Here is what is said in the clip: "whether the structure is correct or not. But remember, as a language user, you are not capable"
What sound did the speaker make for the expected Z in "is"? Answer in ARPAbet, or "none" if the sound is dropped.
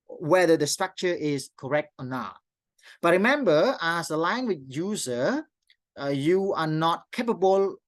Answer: S